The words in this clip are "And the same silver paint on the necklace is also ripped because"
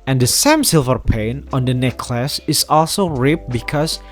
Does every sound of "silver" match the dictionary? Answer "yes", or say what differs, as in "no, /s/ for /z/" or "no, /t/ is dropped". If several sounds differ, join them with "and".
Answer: yes